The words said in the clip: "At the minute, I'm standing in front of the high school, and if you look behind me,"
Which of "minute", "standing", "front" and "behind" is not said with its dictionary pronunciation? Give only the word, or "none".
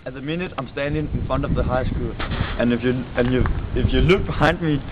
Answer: none